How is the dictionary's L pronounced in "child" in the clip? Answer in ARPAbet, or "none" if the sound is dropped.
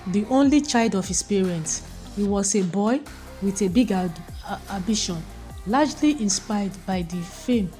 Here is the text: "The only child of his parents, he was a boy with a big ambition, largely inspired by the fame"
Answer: L